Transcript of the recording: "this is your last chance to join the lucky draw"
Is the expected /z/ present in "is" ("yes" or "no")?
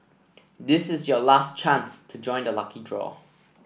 yes